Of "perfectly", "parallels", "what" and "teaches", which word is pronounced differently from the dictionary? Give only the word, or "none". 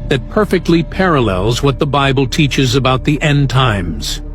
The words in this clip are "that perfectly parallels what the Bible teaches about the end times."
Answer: none